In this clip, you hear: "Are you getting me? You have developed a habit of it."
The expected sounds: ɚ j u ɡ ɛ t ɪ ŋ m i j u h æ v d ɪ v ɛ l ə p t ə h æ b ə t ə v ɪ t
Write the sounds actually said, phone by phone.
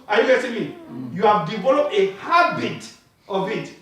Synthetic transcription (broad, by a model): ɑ j u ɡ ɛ s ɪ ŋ m i j u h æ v d ɪ v ɛ l ə p t ə h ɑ b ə t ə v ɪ t